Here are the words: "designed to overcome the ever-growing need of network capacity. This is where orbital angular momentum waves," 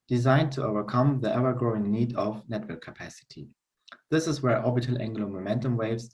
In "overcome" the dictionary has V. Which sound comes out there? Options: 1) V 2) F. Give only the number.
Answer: 1